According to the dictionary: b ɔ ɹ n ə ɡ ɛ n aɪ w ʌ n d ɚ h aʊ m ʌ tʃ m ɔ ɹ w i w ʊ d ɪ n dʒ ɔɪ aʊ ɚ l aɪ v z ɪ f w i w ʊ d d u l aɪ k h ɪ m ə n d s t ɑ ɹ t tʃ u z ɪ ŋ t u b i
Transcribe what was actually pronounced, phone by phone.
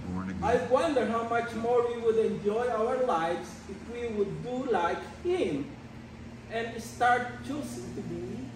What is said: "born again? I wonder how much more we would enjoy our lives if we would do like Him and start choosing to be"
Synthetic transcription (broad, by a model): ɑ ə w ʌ n d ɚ h aʊ m ʌ tʃ m ɔ ɹ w i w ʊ d ɪ n dʒ ɔɪ aʊ ɚ l aɪ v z ɪ f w i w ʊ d d u l aɪ k h ɪ m ə n d s t ɑ ɹ t tʃ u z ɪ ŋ t u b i